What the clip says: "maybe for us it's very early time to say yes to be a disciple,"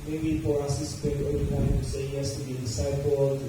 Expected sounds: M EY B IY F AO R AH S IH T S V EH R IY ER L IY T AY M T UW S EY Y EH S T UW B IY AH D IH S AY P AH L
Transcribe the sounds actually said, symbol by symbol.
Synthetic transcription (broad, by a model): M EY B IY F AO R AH S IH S P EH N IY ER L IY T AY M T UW S EY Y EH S T UW B IY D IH S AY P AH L